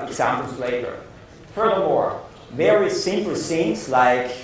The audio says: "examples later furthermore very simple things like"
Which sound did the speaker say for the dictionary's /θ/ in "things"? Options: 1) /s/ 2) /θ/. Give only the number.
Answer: 1